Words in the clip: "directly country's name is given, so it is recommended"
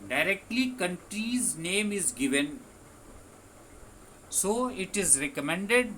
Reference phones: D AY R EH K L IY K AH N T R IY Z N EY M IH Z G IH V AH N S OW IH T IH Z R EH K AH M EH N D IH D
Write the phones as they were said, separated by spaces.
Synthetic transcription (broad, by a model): D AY R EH K L IY K AH N T R IY Z N EY M IH Z G IH V AH N S OW IH T IH Z R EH K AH M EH N D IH D